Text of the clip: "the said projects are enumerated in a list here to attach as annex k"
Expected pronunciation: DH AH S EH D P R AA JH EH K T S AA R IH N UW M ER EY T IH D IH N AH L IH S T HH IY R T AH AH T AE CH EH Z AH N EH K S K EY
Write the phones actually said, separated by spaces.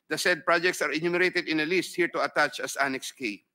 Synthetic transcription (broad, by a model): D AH S EH D P R AA JH EH K T S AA R IH N UW M ER EY T IH D IH N AH L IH S T HH IY R T AH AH T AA CH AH S AH N EH K S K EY